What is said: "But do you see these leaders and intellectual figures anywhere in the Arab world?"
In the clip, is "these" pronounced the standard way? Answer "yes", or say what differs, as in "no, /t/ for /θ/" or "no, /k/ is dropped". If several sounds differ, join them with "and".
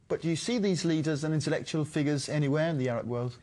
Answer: yes